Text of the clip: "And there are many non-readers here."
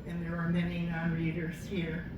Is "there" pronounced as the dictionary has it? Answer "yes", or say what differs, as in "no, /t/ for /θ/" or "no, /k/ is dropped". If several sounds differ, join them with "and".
yes